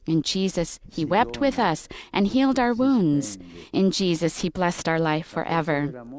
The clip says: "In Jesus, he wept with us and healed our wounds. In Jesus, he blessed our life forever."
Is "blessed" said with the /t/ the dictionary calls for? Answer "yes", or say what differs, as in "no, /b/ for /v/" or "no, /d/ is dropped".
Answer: yes